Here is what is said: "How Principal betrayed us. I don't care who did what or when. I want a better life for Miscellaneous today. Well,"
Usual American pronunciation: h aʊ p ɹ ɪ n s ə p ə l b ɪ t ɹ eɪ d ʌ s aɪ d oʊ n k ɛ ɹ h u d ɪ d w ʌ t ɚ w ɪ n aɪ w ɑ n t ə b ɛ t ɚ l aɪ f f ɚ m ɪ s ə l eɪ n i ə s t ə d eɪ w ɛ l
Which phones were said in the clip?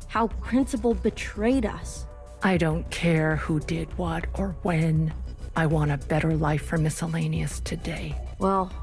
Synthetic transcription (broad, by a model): h aʊ p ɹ ɪ n s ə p l b ɪ t ɹ eɪ d ʌ s aɪ d oʊ n k ɛ ɹ h u d ɪ d w ʌ t ɚ w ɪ n aɪ w ɑ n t ə b ɛ t ɚ l aɪ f f ɚ m ɪ s ə l eɪ n i ə s t ə d eɪ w ɛ l